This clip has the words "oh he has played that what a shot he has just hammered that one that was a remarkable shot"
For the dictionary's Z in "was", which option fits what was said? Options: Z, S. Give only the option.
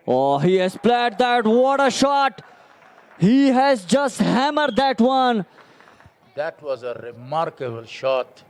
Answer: Z